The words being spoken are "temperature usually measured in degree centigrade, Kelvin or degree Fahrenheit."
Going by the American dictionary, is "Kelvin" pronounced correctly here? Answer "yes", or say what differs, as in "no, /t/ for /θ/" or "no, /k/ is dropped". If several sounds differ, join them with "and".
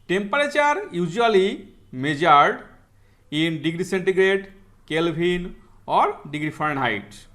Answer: no, /b/ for /v/